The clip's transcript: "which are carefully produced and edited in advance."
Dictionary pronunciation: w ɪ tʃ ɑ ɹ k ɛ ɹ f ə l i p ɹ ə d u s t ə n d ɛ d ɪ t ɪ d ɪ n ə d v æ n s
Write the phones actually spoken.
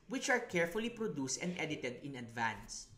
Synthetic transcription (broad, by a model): w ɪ tʃ ɑ ɹ k ɛ ɹ f ə l i p ɹ ə d u s t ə n d ɛ d ɪ t ɪ d ɪ n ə d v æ n s